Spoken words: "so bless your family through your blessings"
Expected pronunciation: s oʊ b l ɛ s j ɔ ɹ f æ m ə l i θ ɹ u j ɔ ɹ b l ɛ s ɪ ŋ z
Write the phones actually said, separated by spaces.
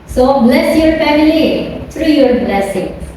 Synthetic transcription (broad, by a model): s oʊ b l ɛ s j ɔ ɹ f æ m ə l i t ɹ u j ɔ ɹ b l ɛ s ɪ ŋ